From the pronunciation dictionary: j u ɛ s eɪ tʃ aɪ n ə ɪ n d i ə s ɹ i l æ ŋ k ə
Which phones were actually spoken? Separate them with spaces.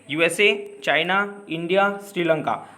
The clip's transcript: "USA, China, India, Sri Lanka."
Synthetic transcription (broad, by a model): j u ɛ s eɪ tʃ aɪ n ə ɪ n d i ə s ɹ i l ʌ ŋ k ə